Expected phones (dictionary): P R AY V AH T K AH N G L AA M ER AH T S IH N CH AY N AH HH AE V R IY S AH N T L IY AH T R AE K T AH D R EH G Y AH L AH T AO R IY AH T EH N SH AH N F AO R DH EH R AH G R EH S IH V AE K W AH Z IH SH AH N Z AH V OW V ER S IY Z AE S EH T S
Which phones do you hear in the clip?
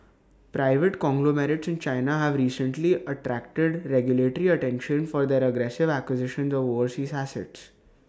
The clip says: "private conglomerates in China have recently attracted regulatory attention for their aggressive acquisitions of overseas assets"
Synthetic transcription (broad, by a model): P R AY V AH T K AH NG G L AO M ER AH T S IH N CH AY N AH HH AE V R IY S AH N T L IY AH T R AE K T AH D R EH G Y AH L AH T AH R IY AH T EH N SH AH N F AO R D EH R AH G R EH S IH V AE K W AH Z IH SH AH N Z AH V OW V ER S IY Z AE S EH T S